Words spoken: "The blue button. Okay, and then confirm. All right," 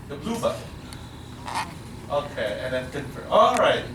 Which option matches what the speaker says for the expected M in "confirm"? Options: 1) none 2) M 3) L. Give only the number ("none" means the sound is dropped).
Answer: 1